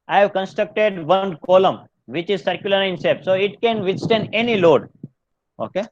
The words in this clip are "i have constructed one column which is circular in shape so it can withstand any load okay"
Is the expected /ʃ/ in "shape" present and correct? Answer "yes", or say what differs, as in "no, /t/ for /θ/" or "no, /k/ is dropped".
no, /s/ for /ʃ/